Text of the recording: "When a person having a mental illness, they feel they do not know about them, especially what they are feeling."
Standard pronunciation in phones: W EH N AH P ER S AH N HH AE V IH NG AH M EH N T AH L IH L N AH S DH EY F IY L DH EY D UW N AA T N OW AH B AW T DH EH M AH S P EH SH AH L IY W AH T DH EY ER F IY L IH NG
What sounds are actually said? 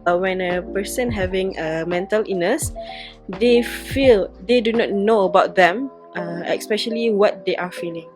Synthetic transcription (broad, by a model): W EH N AH P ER S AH N HH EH V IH NG AH M EH N T AH L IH N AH S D EY F IY L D EY D UW N AA T N OW AH B AW T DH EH M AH S P EH SH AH L IY W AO T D EY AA F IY L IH NG